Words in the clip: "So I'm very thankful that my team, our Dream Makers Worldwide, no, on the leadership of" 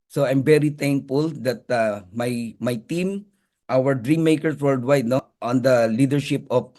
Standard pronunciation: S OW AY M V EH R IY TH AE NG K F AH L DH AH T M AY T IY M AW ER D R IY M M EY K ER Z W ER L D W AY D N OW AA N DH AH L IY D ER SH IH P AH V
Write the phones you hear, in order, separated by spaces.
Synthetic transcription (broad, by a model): S OW AY M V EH R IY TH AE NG K F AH L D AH T M AY T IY M AW ER D R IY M M EY K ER S W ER L D W AY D N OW AA N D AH L IY D ER SH IH P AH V